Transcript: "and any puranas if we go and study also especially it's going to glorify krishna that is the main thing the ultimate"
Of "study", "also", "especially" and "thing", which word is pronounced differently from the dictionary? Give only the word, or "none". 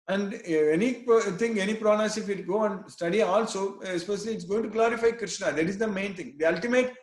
thing